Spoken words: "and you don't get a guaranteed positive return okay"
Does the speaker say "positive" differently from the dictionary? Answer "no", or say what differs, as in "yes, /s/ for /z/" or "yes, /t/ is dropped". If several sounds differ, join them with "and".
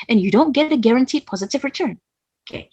no